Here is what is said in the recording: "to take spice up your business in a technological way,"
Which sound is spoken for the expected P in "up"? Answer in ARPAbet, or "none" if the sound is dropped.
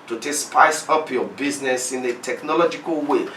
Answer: P